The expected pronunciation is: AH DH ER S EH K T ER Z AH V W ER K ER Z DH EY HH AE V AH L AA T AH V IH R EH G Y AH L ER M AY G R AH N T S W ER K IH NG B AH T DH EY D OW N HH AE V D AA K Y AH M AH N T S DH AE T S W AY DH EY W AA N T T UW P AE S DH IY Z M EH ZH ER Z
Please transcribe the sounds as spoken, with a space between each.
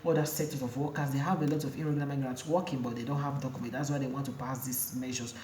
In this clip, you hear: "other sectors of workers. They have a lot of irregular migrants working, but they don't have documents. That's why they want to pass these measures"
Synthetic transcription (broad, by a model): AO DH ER S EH T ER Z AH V W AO K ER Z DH EY HH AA V AH L AA T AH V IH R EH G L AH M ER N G R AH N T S W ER K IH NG B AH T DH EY D OW N HH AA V D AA K Y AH M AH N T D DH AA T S W AY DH EY W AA N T T UW P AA S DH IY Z M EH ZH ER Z